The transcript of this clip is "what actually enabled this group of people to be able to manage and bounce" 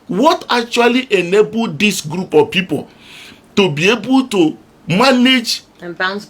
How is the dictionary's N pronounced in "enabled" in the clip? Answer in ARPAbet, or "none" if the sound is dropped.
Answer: N